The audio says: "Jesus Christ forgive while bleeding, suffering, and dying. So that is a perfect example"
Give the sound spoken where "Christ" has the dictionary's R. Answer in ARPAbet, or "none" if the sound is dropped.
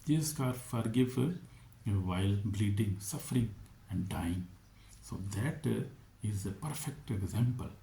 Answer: none